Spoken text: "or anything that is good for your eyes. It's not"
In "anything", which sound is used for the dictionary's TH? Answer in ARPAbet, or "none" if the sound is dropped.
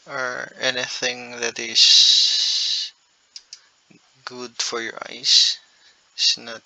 TH